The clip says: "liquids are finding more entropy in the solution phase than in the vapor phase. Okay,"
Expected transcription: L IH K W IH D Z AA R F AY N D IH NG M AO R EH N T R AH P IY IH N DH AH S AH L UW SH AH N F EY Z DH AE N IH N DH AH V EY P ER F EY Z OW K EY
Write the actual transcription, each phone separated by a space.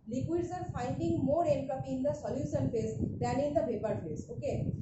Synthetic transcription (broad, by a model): L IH K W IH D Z AA R F AY N D IH NG M AO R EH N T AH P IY IH N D AH S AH L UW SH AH N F EY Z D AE N IH N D AH P EY P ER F EY S OW K EY